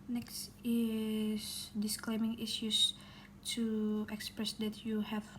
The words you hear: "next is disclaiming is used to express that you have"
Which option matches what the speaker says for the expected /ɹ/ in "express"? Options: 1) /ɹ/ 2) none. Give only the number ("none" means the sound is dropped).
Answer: 1